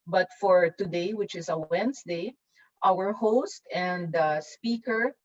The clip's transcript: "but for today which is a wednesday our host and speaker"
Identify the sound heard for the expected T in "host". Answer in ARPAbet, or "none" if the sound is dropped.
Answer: T